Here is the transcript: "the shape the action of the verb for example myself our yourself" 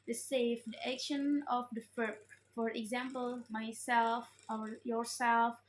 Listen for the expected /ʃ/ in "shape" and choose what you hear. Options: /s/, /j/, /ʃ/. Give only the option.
/s/